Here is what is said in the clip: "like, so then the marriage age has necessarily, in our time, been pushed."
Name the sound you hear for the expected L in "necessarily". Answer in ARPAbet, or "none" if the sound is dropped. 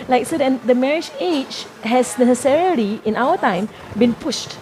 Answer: L